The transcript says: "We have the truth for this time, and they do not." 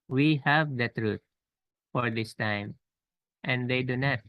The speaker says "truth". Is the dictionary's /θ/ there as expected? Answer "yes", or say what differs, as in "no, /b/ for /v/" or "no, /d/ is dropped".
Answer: no, /t/ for /θ/